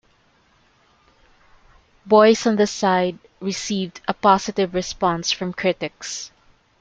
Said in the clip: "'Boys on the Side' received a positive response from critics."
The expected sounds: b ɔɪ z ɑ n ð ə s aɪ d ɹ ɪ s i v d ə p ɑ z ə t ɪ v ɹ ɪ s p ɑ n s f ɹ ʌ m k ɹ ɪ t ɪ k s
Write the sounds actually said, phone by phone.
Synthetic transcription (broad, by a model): b ɔɪ s ɑ n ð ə s aɪ d ɹ ɪ s i v d ə p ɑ s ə t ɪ v ɹ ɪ s p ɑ n s f ɹ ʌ m k ɹ ɪ t ɪ k s